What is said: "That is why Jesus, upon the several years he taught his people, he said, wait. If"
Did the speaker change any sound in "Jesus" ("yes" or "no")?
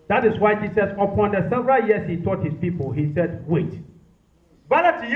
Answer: yes